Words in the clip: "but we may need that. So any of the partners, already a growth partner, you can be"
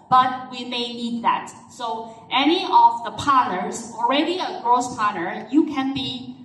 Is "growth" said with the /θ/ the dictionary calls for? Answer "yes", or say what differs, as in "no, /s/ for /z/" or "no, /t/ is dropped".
no, /s/ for /θ/